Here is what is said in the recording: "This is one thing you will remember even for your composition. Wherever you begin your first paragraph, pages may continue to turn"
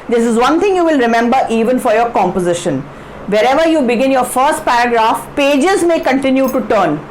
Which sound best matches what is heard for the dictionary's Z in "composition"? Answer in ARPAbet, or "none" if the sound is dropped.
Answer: Z